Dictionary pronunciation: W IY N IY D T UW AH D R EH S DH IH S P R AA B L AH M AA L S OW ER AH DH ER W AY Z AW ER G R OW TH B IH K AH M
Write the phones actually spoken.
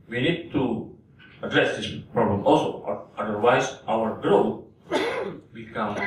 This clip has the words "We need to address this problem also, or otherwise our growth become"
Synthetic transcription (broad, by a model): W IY N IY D T UW AH D R EH S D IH S P R AA B L AH M AA L S OW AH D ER W AY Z AW ER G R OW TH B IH K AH M